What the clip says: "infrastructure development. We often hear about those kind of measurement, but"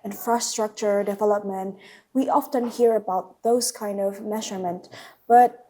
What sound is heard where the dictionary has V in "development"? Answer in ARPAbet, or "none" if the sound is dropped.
V